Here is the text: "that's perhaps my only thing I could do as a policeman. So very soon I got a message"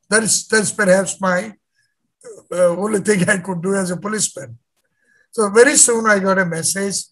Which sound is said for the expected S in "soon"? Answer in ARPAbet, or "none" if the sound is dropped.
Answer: S